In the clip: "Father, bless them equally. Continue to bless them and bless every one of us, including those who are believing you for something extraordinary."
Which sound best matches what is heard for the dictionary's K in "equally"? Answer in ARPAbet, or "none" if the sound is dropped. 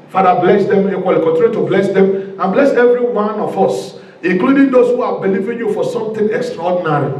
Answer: none